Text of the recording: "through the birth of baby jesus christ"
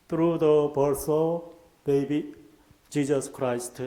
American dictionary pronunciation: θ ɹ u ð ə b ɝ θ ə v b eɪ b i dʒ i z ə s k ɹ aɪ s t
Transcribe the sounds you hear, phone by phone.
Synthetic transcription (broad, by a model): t ɹ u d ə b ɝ s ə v b eɪ b i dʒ i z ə s k ɹ aɪ s t